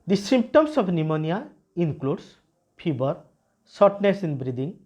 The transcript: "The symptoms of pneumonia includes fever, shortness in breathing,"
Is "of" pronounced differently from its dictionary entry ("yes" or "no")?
yes